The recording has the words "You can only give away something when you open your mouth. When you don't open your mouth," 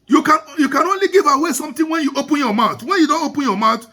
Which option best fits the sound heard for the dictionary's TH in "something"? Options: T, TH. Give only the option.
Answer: T